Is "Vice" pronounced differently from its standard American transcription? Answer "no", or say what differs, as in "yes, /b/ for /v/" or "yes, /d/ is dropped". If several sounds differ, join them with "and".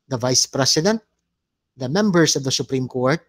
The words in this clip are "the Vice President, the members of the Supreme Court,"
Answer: no